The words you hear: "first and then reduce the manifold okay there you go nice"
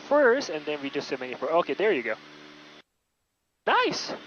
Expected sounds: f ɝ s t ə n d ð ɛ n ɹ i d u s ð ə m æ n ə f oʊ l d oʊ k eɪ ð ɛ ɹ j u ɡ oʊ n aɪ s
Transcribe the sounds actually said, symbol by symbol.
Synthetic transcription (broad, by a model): f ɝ s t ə n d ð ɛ n w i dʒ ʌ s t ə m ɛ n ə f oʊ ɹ oʊ k eɪ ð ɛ ɹ j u ɡ oʊ n aɪ s